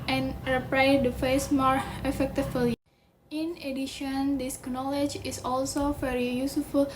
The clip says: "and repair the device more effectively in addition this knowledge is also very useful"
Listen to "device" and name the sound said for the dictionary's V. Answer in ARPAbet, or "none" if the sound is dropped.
F